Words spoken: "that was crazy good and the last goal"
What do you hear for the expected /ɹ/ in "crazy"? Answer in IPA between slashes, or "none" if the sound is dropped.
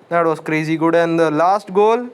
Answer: /ɹ/